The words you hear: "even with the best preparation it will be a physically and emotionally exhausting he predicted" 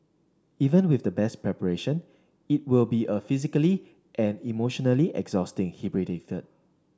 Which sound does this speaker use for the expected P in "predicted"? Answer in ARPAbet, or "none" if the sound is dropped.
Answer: B